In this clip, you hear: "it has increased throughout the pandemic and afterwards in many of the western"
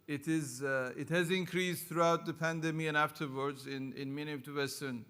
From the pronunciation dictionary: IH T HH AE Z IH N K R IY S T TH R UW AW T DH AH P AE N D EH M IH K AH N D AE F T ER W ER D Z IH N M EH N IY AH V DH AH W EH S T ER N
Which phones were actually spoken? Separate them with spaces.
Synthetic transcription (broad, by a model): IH T HH AE Z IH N K R IY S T TH R UW AW T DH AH P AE N D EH M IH AH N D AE F T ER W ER D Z IH N M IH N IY AH V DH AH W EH S T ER N